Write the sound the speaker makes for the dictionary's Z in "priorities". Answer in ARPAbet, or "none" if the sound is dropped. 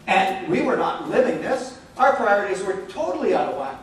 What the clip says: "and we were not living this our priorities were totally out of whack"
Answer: Z